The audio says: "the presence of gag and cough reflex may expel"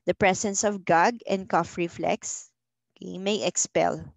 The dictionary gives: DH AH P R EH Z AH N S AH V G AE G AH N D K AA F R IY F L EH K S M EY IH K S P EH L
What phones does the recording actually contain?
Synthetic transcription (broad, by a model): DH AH P R EH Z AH N S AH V G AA G AH N D K AA F R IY F L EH K S M EY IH K S P EH L